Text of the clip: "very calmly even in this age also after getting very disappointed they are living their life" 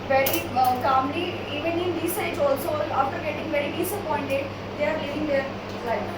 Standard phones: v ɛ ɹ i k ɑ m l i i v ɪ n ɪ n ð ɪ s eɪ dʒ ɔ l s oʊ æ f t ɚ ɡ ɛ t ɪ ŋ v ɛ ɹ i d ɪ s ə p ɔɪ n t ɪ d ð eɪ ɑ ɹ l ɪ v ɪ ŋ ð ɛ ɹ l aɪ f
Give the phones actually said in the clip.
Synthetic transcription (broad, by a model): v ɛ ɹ i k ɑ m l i i v ɪ n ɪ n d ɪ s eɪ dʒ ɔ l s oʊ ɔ t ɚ ɡ ɛ t ɪ ŋ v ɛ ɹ i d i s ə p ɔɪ n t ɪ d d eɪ ɑ ɹ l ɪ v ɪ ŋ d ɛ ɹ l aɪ